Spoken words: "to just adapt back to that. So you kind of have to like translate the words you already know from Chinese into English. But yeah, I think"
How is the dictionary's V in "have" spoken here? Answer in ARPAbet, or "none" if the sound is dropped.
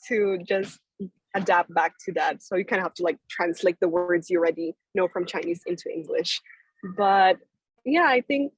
F